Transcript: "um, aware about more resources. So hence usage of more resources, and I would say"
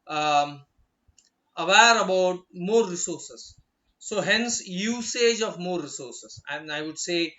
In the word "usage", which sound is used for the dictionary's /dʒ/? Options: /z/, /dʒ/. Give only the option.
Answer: /dʒ/